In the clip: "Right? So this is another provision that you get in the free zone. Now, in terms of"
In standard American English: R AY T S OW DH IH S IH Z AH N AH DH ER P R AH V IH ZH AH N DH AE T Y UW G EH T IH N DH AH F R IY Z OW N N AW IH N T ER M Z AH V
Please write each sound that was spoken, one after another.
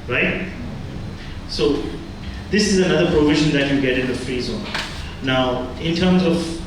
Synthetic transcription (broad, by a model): R AY T S OW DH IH S IH Z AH N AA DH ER P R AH V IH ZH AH N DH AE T Y UW G EH T IH N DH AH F IY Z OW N N AW IH N T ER M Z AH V